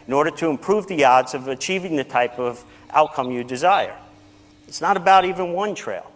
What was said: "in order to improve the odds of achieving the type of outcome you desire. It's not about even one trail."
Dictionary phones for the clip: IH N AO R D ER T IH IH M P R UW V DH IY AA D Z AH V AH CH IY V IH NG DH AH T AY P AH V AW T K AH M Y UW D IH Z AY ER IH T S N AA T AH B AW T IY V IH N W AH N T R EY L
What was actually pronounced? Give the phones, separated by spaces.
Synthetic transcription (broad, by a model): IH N AO R D ER T IH IH M P R UW V DH IY AA D Z AH V AH CH IY V IH NG DH AH T AY P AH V AW T K AH M Y UW D IH Z AY ER IH T S N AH T AH B AW T IY V IH N W AH N T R EY L